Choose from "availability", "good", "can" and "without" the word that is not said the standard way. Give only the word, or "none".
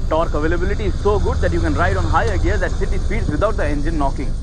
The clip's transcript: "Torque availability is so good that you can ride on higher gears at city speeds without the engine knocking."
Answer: without